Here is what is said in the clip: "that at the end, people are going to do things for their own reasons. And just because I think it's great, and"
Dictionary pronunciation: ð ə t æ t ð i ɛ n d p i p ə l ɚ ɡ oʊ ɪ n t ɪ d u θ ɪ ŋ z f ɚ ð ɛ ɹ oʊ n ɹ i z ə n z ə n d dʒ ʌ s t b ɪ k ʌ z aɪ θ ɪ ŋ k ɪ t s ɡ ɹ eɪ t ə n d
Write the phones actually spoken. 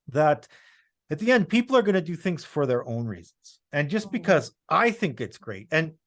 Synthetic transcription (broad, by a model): ð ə t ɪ t ð i ɛ n d p i p l ɚ ɡ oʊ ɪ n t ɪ d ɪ θ ɪ ŋ z f ɚ ð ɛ ɹ oʊ n ɹ i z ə n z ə n dʒ ʌ s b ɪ k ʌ z aɪ θ ɪ ŋ k ɪ t s ɡ ɹ eɪ t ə n